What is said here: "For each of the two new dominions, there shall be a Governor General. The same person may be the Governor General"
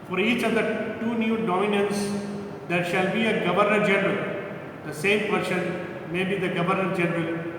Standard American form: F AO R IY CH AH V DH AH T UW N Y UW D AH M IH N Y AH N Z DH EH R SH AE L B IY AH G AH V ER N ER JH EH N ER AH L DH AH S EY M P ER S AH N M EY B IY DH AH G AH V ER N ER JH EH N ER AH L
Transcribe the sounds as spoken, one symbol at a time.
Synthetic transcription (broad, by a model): F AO R IY CH AH V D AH T UW N Y UW D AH M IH N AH N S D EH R SH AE L B IY AH G AH V ER N ER JH EH N ER AH L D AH S EY M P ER SH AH N M EY B IY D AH G AH V ER N ER JH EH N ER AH L